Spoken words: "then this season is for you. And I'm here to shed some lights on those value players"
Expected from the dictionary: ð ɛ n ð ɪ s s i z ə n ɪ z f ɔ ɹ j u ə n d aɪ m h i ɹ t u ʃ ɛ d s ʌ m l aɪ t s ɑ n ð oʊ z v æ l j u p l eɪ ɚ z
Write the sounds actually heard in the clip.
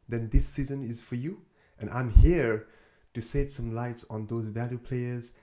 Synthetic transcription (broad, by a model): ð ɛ n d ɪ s s i z ə n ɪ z f ɔ ɹ j u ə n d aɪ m h i ɹ t u s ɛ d s ʌ m l aɪ t s ɑ n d oʊ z v æ l j u p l eɪ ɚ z